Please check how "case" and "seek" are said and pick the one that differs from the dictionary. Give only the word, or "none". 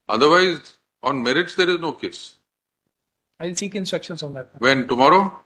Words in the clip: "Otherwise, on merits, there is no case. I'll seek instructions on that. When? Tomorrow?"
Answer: none